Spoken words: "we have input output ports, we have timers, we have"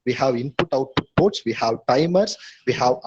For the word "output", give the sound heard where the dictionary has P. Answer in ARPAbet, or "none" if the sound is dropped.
none